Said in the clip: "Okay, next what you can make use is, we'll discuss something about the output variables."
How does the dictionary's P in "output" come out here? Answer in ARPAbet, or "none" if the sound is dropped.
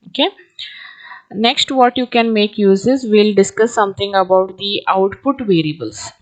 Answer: P